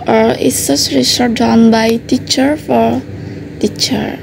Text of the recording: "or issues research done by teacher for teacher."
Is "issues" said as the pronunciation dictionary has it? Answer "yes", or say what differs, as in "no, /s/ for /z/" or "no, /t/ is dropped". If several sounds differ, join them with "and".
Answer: no, /s/ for /ʃ/ and /s/ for /z/